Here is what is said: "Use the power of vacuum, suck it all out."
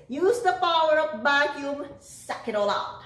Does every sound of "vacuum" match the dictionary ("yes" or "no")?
no